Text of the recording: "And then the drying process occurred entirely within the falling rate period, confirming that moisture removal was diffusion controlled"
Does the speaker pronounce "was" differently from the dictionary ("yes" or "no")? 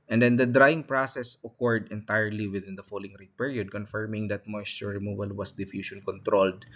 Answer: yes